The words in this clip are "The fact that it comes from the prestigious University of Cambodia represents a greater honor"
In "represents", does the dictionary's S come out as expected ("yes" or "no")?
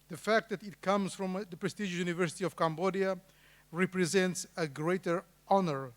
yes